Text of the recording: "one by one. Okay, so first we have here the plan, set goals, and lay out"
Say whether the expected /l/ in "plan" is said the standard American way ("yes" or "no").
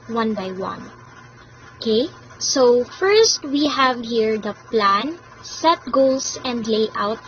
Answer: yes